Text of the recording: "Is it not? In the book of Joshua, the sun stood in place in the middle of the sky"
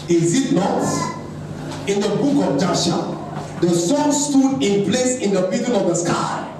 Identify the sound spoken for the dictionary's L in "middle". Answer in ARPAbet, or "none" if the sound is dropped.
N